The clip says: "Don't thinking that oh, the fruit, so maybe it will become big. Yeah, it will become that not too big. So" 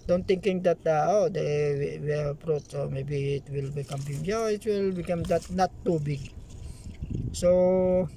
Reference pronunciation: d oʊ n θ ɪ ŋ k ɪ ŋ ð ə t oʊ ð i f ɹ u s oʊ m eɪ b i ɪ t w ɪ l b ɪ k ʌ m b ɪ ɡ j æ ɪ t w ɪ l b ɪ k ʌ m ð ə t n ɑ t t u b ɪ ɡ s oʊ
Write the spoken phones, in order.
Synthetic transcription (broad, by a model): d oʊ n t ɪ ŋ k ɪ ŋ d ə t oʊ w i p ɹ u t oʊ m eɪ b i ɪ t w ɪ l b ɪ k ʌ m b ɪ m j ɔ ɪ t w ɪ l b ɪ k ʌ m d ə t n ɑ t t u b ɪ ɡ s oʊ